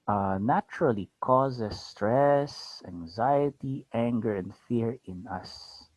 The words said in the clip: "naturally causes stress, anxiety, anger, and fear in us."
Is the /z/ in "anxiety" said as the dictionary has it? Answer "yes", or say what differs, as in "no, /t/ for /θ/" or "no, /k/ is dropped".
yes